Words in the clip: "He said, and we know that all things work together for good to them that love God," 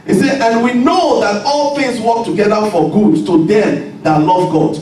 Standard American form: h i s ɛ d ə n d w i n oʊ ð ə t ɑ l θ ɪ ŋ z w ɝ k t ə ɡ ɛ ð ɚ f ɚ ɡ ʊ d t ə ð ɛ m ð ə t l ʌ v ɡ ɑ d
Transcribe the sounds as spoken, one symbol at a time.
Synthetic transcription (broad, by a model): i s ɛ ə n w i n oʊ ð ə t ɑ l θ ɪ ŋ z w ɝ k t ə ɡ ɛ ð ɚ f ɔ ɡ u d t ə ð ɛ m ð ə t l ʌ v ɡ ɑ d